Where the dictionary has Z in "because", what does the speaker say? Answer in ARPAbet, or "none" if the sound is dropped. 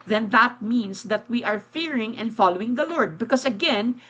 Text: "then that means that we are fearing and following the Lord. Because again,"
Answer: S